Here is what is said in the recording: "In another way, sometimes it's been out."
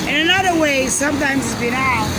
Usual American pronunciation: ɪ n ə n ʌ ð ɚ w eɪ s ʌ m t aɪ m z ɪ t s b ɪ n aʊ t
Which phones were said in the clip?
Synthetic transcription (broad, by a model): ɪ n ə n ʌ ð ɚ w eɪ s ʌ m t aɪ m z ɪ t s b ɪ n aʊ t